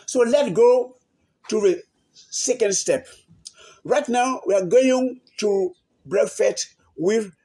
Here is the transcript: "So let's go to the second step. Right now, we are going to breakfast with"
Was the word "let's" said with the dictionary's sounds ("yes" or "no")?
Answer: no